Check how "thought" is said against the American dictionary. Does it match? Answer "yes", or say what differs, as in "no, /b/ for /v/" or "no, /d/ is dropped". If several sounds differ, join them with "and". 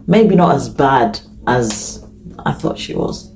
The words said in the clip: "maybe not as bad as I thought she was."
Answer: yes